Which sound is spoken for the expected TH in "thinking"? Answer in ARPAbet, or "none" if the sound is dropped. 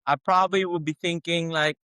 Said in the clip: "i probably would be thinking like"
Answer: TH